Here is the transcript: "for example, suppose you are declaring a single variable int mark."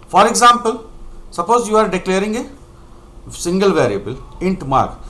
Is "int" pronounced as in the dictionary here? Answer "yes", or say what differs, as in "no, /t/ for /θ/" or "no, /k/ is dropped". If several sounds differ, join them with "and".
yes